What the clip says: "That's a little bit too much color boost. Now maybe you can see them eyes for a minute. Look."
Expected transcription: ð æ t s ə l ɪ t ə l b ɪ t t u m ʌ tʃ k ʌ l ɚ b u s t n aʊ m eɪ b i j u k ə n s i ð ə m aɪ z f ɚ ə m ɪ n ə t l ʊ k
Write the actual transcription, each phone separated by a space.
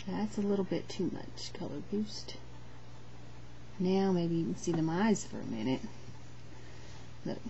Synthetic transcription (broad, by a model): ð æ t s ə l ɪ t l b ɪ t t u m ʌ tʃ k ʌ l ɚ b u s t n aʊ m eɪ i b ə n s i ð ə m aɪ z f ɚ ə m ɪ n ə t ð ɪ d